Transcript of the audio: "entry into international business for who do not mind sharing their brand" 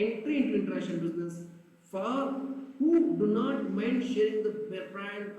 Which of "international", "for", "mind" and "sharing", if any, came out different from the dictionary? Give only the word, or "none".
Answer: international